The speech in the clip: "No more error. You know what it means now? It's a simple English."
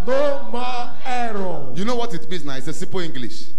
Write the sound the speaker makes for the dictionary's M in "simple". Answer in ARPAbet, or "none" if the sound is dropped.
none